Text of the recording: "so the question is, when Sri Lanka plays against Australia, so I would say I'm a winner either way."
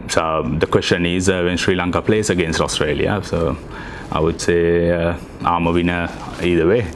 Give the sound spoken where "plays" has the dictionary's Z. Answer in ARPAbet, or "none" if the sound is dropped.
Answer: S